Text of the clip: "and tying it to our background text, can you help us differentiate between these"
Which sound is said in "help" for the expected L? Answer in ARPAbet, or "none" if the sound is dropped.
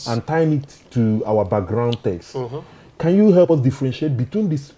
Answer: L